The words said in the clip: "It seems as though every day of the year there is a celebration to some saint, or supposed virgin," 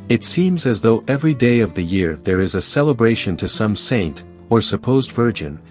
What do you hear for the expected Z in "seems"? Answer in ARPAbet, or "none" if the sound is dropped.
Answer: Z